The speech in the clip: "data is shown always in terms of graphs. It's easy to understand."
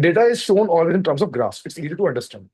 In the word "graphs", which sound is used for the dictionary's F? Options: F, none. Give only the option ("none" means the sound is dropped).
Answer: none